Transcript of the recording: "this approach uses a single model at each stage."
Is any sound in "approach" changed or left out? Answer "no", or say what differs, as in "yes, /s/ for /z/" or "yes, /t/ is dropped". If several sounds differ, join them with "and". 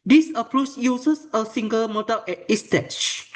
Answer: yes, /s/ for /tʃ/